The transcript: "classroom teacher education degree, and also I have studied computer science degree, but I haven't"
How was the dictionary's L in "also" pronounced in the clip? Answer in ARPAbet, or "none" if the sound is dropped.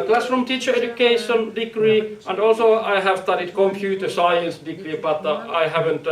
L